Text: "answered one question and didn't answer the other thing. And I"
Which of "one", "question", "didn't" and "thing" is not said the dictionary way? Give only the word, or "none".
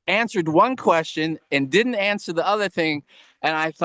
none